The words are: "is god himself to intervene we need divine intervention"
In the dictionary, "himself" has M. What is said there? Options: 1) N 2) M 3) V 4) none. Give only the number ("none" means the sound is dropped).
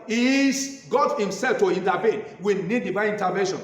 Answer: 2